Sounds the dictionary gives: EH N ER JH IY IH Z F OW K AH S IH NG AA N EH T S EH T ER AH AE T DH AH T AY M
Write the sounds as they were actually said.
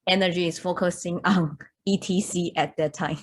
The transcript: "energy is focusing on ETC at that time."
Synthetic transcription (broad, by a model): EH N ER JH IY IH S F OW K AH S IH NG AA N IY T IY S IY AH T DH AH T AY M